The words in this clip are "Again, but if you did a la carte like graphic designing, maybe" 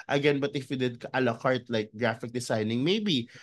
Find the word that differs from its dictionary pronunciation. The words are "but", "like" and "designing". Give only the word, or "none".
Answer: designing